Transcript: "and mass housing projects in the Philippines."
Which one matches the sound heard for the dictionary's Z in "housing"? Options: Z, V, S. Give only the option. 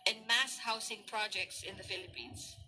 S